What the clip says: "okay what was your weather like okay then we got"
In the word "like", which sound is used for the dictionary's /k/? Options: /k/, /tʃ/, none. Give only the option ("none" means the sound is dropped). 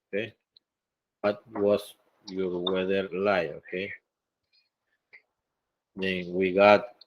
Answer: none